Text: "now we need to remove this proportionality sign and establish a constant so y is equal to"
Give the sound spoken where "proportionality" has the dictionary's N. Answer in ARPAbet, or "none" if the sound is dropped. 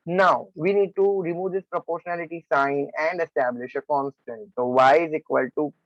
N